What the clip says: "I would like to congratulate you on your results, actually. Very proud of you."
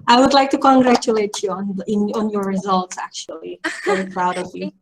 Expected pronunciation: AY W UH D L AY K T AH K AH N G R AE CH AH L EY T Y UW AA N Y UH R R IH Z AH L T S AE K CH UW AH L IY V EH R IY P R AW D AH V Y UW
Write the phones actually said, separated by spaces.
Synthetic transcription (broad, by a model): AY W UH D L AY K T AH K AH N G R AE CH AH L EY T Y UW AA N Y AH R R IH Z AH L T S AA K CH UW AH L IY W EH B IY P R AW D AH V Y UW